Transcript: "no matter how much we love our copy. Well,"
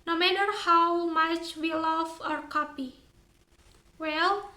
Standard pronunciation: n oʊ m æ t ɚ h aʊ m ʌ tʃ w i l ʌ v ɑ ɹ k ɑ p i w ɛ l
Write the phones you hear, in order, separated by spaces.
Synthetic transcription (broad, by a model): n oʊ m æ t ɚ h aʊ m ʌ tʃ w i l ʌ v ɑ ɹ k ɑ p i w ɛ l